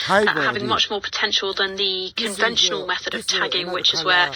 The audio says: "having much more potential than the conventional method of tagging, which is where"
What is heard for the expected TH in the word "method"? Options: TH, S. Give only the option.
TH